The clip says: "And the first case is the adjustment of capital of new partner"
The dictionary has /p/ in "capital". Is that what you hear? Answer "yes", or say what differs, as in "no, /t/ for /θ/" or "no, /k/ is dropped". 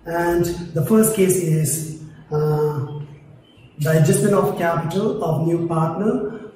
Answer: yes